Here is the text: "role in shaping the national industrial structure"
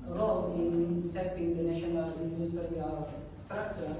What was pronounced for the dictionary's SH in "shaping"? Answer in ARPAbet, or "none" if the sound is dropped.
S